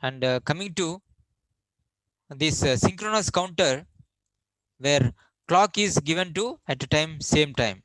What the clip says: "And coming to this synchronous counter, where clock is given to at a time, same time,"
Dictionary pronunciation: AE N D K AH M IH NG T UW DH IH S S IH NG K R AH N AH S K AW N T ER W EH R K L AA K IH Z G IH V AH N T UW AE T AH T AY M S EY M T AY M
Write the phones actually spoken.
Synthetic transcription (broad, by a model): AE N D K AH M IH NG T UW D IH S S IH NG K R AH N AH S K AW N T ER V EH R K L AA K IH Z G IH V AH N T UW AE T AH T AY M S EY M T AY M